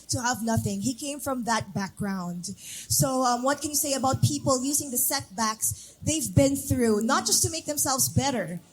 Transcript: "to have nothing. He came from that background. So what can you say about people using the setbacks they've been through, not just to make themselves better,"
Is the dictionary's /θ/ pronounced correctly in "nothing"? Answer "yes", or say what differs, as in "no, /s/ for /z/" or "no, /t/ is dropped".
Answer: yes